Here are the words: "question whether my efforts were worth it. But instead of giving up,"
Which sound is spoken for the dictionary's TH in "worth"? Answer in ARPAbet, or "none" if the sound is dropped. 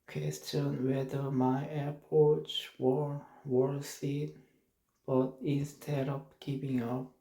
S